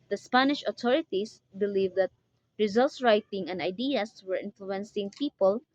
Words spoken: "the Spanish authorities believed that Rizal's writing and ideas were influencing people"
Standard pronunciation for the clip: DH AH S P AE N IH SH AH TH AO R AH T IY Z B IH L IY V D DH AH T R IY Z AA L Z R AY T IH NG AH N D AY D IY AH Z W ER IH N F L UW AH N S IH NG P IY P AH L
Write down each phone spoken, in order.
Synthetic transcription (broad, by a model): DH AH S P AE N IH SH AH T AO R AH T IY S B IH L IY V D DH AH T R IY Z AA L S R AY T IH NG AH N D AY D IY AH S W ER IH N F L UW AH N S IH NG P IY P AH L